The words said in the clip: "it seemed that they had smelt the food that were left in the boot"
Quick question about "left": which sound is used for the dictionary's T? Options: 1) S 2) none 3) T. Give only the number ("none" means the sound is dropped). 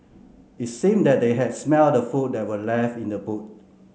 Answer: 2